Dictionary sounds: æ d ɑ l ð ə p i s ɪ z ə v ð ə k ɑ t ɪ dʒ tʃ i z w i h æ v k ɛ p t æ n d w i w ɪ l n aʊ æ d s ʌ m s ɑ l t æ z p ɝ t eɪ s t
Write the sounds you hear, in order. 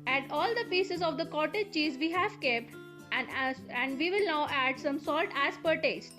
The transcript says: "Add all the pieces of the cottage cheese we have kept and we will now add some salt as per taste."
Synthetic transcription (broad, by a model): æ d ɑ l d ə p i s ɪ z ə v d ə k ɑ t ɪ dʒ tʃ i z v i h æ v k ɛ p t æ n d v i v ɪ l n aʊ æ d s ʌ m s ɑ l t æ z p ɝ t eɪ s t